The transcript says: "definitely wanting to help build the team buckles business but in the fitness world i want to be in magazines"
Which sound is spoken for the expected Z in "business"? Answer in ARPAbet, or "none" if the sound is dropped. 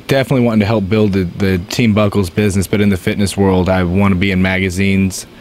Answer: Z